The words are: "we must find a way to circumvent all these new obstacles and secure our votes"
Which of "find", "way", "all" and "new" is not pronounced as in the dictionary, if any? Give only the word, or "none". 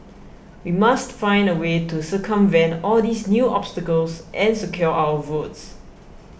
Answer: none